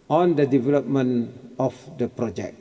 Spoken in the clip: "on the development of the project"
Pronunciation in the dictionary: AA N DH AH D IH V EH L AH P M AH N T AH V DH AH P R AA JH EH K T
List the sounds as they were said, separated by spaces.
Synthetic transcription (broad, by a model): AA N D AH D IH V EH L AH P M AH N AH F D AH P R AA JH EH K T